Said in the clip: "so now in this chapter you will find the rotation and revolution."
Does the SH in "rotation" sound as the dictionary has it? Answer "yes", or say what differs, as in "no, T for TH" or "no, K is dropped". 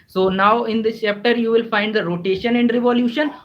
yes